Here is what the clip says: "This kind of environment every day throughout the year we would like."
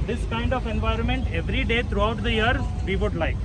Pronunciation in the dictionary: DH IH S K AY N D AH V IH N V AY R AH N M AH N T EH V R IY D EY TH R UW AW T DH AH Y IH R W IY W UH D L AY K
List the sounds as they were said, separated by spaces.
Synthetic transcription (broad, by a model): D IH S K AY N D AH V IH N V AY R AH N M AH N T EH V R IY D EY T R UW AW T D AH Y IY R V IY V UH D L AY K